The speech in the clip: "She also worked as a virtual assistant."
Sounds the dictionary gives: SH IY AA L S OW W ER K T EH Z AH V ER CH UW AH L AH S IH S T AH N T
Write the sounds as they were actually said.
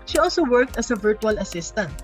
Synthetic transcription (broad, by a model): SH IY AA L S OW W ER K T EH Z AH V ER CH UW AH L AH S IH S T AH N T